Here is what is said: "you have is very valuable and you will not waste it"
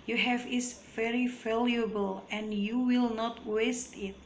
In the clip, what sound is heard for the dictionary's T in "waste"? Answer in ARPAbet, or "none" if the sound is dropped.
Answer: T